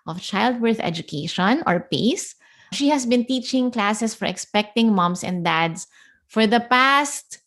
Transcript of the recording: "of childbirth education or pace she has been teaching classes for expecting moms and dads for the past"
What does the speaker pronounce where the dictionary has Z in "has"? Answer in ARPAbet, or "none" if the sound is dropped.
S